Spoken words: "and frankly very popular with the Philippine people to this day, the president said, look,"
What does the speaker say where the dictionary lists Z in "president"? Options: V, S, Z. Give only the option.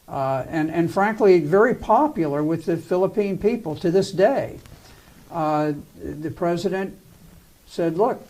Z